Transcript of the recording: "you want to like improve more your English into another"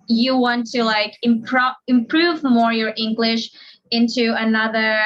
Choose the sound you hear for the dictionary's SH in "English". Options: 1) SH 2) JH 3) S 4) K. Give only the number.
1